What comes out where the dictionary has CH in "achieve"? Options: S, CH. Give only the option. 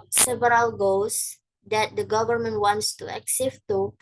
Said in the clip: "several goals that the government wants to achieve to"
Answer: S